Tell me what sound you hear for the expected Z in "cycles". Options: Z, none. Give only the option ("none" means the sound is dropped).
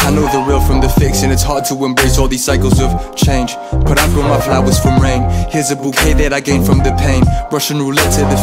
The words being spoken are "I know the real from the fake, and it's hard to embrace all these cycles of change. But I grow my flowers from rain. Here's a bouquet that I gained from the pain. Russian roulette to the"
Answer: Z